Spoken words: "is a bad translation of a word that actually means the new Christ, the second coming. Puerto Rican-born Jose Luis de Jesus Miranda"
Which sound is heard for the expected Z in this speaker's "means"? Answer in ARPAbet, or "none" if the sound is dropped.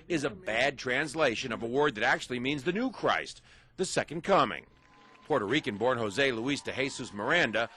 Z